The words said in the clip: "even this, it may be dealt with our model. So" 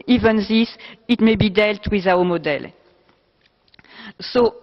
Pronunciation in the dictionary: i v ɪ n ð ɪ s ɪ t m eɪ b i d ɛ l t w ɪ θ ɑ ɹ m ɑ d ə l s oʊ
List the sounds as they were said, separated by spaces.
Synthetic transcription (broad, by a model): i v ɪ n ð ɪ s ɪ t m eɪ b i d ɛ l t w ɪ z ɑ w m ɑ d ə l s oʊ